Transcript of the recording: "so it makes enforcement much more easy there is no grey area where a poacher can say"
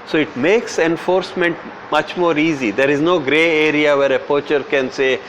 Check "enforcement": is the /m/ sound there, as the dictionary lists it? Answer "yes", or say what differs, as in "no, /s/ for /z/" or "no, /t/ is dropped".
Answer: yes